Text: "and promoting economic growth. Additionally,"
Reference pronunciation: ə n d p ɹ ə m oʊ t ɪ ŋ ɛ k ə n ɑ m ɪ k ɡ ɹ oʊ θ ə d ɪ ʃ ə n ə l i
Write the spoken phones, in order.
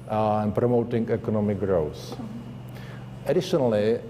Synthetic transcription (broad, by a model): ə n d p ɹ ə m oʊ t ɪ ŋ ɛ k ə n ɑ m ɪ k ɡ ɹ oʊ s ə d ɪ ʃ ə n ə l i